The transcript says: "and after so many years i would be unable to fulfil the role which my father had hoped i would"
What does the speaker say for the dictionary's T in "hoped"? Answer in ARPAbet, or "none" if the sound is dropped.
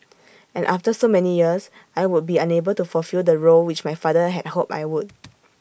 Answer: none